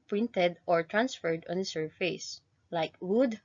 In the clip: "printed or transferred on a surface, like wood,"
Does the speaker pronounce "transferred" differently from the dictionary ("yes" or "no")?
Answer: no